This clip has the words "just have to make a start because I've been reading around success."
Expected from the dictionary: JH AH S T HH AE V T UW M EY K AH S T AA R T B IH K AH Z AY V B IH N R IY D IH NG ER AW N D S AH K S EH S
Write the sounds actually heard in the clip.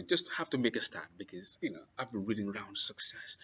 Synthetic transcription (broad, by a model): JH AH S T HH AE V T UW M EY K AH S T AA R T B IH K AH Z AY V B IH N R IY D IH NG ER AW N D S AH K S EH S